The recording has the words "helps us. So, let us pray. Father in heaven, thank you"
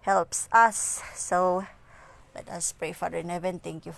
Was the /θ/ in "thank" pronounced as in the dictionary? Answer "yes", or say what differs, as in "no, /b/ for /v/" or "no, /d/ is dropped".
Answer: no, /t/ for /θ/